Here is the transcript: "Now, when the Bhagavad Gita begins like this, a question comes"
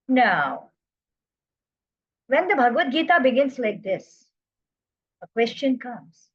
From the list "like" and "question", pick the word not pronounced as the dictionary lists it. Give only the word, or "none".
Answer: none